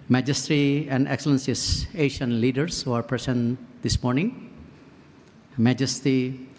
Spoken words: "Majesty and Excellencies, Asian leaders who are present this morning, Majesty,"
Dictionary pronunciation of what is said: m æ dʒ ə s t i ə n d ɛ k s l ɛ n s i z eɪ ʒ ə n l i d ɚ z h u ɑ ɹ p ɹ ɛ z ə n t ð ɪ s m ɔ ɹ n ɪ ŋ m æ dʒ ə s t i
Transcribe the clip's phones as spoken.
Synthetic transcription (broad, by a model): m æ dʒ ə s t i ə n d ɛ k s l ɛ n s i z eɪ ʃ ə n l i d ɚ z h u ɑ ɹ p ɹ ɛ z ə n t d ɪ s m ɔ ɹ n ɪ ŋ m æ dʒ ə s t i